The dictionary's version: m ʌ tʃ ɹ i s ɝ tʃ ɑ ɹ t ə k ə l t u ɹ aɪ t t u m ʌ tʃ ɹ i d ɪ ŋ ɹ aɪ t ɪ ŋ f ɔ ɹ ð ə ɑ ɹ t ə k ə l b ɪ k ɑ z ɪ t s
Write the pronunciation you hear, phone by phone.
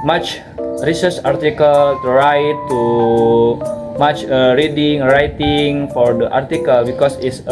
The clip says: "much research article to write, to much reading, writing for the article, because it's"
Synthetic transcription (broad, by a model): m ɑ tʃ ɹ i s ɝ s ɑ ɹ t ə k ə l t u ɹ aɪ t t u m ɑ tʃ ɹ i d ɪ ŋ ɹ aɪ t ɪ ŋ f ɔ ɹ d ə ɑ ɹ t ə k ə l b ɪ k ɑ s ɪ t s